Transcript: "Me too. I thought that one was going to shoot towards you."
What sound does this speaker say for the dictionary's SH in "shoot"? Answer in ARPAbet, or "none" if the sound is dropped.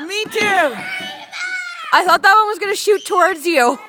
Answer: SH